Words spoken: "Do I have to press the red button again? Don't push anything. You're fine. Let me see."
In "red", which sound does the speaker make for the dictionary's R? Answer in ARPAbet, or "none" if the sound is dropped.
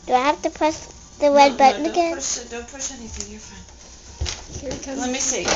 W